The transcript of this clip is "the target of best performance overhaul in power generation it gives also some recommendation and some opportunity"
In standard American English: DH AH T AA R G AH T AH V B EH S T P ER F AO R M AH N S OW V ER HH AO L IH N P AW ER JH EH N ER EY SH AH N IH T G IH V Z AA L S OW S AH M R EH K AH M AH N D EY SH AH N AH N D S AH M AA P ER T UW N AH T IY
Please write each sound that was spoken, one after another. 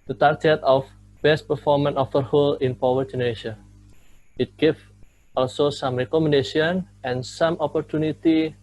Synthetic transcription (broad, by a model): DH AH T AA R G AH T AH F B EH S T P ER F AO R M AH N OW F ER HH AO L IH N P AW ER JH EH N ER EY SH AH IH T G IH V AA L S OW S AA M R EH K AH M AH N D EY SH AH N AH N S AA M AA P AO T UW N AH T IY